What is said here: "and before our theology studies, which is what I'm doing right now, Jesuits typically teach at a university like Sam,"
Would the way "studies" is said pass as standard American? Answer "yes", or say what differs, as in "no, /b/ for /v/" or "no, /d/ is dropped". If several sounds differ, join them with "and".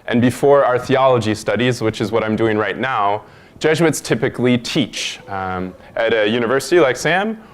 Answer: yes